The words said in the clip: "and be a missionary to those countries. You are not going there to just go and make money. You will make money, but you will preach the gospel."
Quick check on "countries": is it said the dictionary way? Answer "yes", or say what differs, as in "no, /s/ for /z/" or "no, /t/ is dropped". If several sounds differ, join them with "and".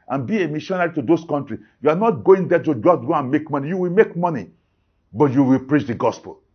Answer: no, /z/ is dropped